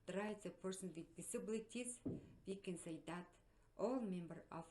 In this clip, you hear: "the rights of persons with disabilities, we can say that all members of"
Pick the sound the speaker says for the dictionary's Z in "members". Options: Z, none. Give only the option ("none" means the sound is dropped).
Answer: none